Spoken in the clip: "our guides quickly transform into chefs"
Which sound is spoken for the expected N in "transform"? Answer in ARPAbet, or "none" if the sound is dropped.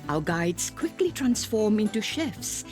N